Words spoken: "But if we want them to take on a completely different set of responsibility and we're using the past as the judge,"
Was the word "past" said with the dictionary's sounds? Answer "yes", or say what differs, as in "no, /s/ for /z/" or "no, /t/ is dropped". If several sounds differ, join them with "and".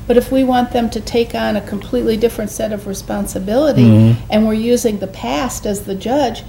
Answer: yes